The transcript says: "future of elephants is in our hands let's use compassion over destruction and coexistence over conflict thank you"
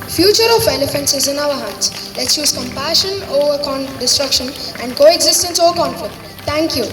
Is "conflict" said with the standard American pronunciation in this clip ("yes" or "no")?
no